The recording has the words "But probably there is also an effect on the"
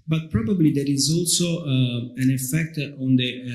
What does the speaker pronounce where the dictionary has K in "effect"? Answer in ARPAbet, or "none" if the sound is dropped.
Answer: K